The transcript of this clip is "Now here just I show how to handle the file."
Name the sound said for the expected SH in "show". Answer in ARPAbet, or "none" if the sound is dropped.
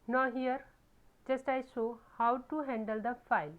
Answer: S